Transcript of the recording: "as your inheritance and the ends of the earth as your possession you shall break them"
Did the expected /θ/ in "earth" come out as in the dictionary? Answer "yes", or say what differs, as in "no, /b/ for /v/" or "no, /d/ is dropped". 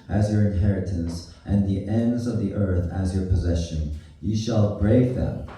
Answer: yes